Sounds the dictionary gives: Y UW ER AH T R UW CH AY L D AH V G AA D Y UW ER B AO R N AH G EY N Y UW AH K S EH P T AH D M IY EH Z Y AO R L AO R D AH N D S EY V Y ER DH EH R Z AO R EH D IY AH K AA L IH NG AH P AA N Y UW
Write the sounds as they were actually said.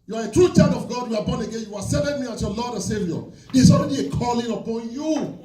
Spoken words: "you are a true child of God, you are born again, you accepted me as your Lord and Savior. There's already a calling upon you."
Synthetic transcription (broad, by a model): Y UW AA AH T R UW CH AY D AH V G AA D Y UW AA B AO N AH G EY N Y UW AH S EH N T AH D M IY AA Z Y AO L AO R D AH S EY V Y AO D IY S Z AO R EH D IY AH K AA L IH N AH P AA N Y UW